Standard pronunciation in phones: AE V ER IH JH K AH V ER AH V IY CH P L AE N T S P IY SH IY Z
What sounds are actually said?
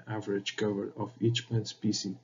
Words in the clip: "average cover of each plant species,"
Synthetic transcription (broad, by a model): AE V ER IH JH K AH V ER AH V IY CH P AE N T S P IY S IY